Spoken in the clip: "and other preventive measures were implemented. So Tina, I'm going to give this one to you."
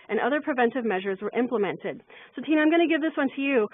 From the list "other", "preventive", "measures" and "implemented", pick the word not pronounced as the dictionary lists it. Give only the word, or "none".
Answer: none